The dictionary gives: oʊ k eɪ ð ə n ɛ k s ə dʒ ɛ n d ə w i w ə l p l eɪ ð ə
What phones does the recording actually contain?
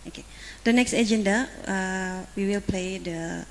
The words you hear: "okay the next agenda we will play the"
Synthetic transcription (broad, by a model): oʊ k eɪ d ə n ɛ k s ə dʒ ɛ n d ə w i w ə l p l eɪ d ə